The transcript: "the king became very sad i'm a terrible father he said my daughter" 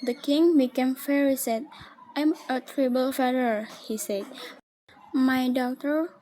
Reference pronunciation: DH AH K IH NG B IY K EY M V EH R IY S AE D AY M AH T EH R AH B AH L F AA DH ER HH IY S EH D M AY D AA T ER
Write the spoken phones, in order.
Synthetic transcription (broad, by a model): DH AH K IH NG B IY K EY M F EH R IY S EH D AY M AH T R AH B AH L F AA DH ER HH IY S EH D M AY D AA T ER